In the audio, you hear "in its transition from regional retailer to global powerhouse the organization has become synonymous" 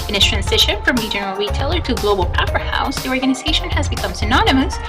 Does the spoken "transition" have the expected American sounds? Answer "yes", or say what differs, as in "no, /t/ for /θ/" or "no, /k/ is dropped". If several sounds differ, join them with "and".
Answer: yes